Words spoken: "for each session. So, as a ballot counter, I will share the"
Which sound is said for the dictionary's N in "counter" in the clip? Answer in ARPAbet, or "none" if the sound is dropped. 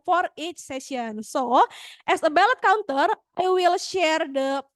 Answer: N